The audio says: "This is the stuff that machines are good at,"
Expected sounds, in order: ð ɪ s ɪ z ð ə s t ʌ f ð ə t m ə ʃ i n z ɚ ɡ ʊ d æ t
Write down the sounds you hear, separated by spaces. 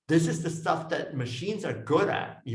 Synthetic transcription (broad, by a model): ð ɪ s ɪ z ð ə s t ʌ f ð ə t m ə ʃ i n z ɚ ɡ ʊ d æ t